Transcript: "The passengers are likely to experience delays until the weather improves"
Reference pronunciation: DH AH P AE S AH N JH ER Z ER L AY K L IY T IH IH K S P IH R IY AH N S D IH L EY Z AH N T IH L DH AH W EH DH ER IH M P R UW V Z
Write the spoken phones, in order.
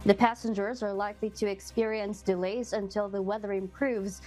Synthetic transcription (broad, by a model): DH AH P AE S AH N JH ER Z ER L AY K L IY T IH IH K S P IH R IY AH N S D IH L EY Z AH N T IH L DH AH W EH DH ER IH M P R UW V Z